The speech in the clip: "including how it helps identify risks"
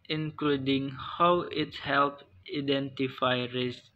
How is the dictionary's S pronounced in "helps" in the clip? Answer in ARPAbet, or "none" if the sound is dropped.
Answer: none